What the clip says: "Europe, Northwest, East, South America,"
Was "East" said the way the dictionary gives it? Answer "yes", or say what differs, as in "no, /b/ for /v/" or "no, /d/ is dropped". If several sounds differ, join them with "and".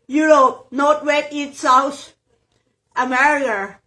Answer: no, /s/ is dropped